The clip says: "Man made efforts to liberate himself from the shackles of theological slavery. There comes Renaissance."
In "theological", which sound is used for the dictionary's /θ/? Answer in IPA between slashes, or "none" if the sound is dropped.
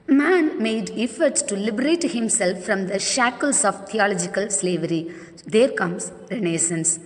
/t/